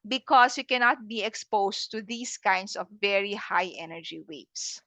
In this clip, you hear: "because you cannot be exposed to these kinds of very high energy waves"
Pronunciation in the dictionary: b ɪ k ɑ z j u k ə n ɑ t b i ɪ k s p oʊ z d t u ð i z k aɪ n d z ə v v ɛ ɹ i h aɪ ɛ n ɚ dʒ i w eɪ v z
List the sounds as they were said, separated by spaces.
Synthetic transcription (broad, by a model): b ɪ k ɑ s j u k ə n ɑ t b i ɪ k s p oʊ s t u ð i s k aɪ n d s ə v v ɛ ɹ i h aɪ ɛ n ɚ dʒ i w eɪ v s